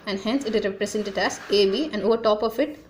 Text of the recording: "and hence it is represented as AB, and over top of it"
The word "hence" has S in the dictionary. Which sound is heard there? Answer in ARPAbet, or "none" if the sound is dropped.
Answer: S